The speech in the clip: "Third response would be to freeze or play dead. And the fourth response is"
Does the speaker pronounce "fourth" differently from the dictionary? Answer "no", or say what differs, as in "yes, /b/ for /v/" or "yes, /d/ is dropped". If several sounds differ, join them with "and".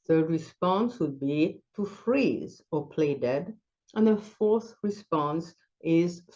no